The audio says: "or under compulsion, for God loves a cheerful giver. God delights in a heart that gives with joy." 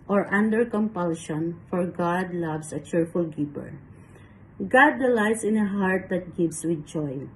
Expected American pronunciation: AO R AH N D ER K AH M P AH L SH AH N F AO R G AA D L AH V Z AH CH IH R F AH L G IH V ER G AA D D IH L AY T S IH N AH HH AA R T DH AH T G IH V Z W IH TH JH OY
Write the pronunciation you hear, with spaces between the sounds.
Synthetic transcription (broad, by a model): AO R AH N D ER K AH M P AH L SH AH N F AO R G AA D L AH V S AH CH IH R F AH L G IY P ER G AA D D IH L AY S IH N AH HH AA R T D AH T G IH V S W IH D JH OY